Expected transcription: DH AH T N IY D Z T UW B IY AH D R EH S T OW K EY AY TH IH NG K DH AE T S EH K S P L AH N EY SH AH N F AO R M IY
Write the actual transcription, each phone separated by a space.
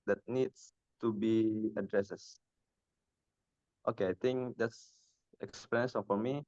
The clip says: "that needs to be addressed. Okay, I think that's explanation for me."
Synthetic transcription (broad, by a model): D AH T N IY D S T UW B IY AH D R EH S T OW K EY AY T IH NG K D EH T S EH K S P AH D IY AH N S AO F M IY